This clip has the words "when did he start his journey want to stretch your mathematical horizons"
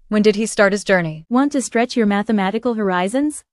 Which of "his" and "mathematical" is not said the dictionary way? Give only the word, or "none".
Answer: none